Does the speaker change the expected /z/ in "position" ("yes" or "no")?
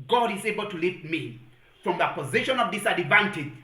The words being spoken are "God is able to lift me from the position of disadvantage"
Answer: no